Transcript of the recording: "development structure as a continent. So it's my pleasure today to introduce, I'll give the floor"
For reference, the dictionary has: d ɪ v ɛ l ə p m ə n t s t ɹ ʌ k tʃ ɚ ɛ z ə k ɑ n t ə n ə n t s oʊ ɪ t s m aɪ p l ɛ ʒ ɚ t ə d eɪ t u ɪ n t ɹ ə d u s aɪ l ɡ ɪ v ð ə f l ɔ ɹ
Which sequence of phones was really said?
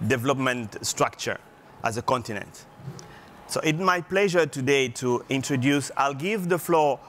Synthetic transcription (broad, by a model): d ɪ v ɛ l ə p m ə n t s t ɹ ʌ k tʃ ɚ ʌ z ə k ɑ n t ə n ə n t s oʊ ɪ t m aɪ p l ɛ ʒ ɚ t ə d eɪ t u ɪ n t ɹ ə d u s aɪ l ɡ ɪ v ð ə f l ɔ